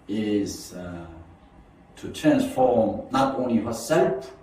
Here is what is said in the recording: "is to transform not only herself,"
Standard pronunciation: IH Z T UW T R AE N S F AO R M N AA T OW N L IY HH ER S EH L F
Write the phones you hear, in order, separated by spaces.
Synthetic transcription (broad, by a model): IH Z T UW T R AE N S F AO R M N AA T OW N L IY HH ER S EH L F